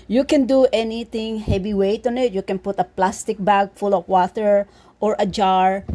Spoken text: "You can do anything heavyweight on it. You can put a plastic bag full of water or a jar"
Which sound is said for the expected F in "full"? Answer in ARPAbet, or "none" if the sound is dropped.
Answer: F